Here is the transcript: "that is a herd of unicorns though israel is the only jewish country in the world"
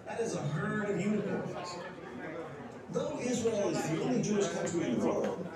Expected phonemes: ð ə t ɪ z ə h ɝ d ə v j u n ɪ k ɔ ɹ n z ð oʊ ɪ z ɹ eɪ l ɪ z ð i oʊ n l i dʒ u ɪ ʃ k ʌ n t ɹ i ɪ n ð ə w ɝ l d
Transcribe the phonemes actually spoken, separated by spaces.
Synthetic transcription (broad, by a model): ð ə t ɪ z ə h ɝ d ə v j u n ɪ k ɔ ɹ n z ð oʊ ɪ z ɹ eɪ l ɪ z ð i oʊ n l i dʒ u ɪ s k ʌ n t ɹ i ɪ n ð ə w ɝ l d